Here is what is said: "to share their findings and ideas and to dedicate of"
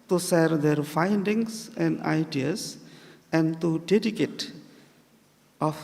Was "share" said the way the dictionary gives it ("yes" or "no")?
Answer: no